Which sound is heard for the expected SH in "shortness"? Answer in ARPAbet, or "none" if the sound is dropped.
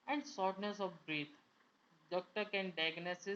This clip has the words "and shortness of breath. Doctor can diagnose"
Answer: S